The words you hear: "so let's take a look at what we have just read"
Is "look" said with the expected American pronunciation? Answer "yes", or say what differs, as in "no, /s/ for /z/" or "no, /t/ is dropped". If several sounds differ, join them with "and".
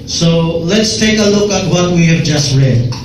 yes